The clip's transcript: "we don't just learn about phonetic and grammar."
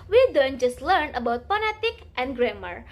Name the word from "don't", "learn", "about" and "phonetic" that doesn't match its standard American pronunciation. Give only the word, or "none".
phonetic